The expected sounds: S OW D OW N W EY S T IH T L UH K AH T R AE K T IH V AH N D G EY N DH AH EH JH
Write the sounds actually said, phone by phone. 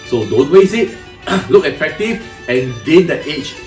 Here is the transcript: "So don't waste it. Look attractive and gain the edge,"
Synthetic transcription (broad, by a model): S OW D OW N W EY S IH T L UH K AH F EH K T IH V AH N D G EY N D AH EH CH